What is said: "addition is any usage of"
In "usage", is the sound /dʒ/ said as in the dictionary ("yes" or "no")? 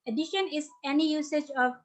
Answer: yes